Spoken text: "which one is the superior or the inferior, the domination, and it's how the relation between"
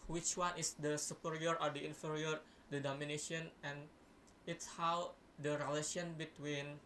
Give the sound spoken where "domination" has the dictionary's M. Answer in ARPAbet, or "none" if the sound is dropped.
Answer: M